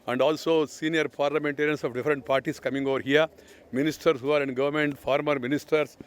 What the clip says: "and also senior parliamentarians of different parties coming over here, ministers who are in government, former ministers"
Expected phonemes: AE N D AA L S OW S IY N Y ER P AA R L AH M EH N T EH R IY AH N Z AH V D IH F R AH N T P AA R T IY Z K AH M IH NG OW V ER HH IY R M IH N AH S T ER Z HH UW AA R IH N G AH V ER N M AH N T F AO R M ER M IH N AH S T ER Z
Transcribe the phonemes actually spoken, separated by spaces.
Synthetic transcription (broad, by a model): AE N D AA L S OW S IY N Y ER P AA R L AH M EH N T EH R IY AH N S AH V D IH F R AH N T P AA R T IY S K AH M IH NG OW V ER HH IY R M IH N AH S T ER S HH UW AA R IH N G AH V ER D M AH N T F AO R M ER M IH N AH S T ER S